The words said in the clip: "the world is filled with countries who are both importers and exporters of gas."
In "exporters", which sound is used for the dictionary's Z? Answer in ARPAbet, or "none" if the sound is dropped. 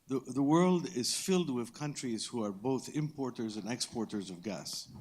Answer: Z